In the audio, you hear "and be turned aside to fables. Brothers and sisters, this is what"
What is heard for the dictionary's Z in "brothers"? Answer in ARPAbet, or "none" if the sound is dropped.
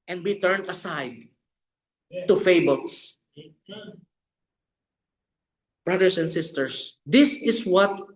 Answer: S